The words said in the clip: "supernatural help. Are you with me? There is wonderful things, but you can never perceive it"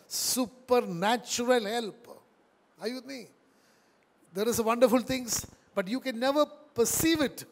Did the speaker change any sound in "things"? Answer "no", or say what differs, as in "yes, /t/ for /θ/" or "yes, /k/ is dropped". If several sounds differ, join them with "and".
yes, /t/ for /θ/ and /s/ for /z/